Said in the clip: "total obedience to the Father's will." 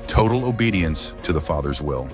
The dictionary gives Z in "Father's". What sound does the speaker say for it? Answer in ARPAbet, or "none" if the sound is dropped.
Z